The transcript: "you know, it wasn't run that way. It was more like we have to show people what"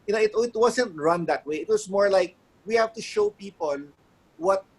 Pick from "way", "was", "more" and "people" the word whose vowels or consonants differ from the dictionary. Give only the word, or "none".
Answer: was